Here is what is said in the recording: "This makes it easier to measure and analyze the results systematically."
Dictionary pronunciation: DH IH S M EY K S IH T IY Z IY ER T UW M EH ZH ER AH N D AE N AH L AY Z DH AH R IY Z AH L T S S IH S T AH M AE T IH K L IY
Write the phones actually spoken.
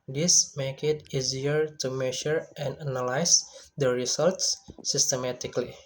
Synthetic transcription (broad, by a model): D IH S M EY K IH T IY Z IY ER T UW M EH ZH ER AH N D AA N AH L AY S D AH R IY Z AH L T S S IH S T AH M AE T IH K L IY